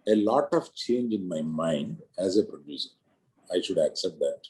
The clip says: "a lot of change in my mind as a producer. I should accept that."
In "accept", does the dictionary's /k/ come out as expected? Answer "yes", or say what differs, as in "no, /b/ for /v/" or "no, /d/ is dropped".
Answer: yes